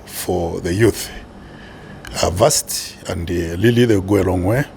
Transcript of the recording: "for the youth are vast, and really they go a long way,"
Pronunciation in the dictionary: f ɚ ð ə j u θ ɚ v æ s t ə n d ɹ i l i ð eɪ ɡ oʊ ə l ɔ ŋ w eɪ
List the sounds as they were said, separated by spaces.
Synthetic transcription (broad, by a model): f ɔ ð ə j u θ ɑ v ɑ s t ə n d l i l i ð eɪ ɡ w ə l ɔ ŋ w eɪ